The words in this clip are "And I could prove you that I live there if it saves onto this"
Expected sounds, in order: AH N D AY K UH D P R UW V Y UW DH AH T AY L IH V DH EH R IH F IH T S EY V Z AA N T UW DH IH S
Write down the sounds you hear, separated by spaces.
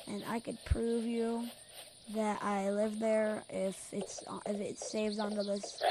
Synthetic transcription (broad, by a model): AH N AY K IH D P R UW V Y UW DH AH T AY L IH V DH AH R IH F IH T S EY V Z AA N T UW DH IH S